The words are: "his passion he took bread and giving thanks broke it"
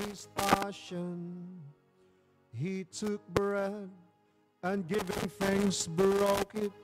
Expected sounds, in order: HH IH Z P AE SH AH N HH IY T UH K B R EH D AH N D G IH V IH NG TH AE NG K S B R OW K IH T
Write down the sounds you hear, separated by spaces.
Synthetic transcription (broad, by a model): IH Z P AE SH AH N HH IY T UH K B R EH D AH N G IH V IH NG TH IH NG S B R OW K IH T